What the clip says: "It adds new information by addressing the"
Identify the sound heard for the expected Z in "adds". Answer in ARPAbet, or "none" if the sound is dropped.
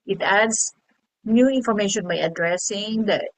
S